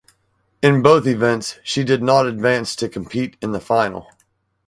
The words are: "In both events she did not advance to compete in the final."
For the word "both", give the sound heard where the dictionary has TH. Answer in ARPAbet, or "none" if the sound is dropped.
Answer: TH